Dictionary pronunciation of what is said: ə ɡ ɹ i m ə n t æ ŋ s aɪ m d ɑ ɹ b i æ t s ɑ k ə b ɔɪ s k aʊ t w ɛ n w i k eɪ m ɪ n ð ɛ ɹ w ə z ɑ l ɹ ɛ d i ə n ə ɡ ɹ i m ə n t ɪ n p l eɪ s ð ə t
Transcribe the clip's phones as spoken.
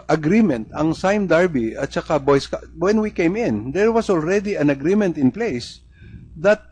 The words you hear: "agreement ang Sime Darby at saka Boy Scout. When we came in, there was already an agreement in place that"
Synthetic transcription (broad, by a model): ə ɡ ɹ i m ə n t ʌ ŋ s aɪ m d ɑ ɹ b i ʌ t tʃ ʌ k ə b ɔɪ s k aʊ w ɛ n w i k eɪ m ɪ n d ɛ ɹ w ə s ɑ l ɹ ɛ d i ə n ə ɡ ɹ i m ə n t ɪ n p l eɪ s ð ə t